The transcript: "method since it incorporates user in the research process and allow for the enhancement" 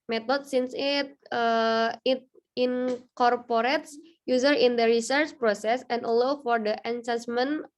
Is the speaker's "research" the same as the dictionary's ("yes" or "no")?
yes